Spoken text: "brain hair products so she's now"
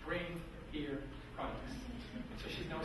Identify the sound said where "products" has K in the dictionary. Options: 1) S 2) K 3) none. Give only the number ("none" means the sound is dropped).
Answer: 3